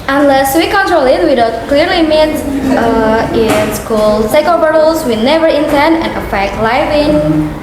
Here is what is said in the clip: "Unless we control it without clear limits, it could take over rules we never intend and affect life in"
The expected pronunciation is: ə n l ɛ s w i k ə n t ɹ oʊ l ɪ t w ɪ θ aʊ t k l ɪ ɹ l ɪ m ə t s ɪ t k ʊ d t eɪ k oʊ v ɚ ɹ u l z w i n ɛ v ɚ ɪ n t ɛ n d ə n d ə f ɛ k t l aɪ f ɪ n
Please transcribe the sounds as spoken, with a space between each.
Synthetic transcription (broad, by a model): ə n l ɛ s w i k ə n t ɹ oʊ l ɪ t w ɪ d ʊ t k l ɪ ɹ l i m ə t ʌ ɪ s k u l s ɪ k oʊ b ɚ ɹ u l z w i n ɛ v ɚ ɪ n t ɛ n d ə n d ə f ɛ k t l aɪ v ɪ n